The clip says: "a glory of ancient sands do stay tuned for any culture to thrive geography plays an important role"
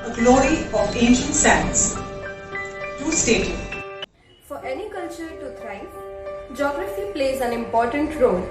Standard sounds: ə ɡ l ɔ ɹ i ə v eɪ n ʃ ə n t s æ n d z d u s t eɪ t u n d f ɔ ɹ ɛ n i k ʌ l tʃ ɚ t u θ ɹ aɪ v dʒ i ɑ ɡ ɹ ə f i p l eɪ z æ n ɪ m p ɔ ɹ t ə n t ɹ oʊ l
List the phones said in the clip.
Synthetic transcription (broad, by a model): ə ɡ l ɔ ɹ i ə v eɪ n ʃ ə n t s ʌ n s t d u s t eɪ t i f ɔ ɹ ɛ n i k ʌ l tʃ ɚ t u t ɹ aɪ dʒ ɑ ɡ ɹ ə f i p l eɪ z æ n ɪ m p ɔ ɹ t ə n t ɹ oʊ l